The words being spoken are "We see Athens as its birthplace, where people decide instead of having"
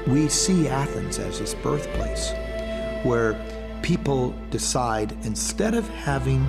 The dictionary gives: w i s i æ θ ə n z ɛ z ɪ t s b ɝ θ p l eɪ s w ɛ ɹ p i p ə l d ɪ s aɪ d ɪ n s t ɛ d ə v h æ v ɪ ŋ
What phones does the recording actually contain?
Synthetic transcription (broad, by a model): w i s i æ θ ə n z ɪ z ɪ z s b ɝ θ p l eɪ s w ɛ ɹ p i p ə l d ɪ s aɪ d ɪ n s t ɛ d ə v h æ v ɪ ŋ